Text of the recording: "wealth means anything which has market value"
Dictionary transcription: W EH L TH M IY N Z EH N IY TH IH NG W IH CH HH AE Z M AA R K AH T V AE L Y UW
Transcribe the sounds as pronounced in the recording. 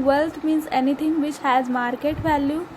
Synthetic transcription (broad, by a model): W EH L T M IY N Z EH N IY T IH NG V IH CH HH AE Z M AA R K AH T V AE L Y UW